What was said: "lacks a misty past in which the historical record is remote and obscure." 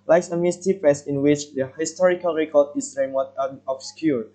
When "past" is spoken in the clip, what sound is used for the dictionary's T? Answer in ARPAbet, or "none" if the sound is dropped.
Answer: none